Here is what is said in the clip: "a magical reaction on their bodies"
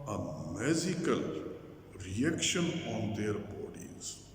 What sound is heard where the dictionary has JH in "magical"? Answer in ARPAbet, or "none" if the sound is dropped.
Z